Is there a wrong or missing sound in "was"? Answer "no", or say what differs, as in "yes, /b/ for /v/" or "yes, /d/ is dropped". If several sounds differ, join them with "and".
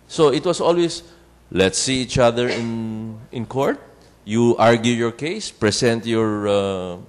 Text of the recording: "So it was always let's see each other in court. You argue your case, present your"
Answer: yes, /s/ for /z/